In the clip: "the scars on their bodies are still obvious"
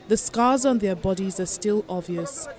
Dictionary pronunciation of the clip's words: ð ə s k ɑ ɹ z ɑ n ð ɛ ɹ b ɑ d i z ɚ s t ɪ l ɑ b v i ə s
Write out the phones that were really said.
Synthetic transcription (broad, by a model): ð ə s k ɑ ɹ z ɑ n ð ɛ b ɑ d i z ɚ s t ɪ l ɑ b v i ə s